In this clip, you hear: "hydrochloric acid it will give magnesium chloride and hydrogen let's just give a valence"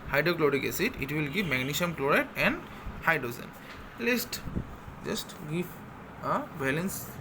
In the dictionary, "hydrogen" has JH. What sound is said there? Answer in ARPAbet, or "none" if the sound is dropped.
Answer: Z